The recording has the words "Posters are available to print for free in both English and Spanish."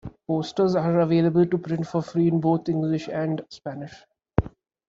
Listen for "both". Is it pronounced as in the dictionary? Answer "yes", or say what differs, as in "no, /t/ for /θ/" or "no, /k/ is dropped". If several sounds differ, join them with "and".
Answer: no, /t/ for /θ/